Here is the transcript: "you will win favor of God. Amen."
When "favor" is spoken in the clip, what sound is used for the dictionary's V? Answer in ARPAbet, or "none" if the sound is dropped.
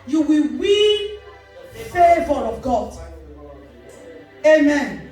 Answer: V